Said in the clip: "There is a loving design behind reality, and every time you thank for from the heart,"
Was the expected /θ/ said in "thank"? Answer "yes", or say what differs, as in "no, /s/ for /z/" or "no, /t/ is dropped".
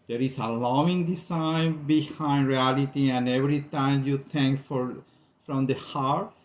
no, /t/ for /θ/